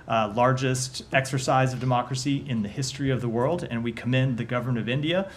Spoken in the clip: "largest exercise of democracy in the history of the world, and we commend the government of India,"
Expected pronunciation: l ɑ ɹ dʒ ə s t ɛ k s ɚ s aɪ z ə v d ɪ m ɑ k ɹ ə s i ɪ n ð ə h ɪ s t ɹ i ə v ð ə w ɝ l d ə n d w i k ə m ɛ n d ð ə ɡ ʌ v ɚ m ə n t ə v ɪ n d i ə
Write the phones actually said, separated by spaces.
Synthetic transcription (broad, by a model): l ɑ ɹ dʒ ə s t ɛ k s ɚ s aɪ z ə v d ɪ m ɑ k ɹ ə s i ɪ n ð ə h ɪ s t ɹ i ə v ð ə w ɝ l d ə n w i k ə m ɛ n ð ə ɡ ʌ v ɚ m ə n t ə v ɪ n d i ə